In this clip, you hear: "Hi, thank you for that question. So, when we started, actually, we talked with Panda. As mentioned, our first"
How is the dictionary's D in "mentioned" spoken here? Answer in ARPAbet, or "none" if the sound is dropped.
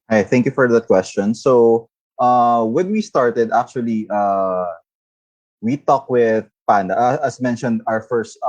D